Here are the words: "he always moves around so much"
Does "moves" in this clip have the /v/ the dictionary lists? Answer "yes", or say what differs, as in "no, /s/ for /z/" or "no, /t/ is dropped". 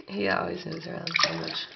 no, /v/ is dropped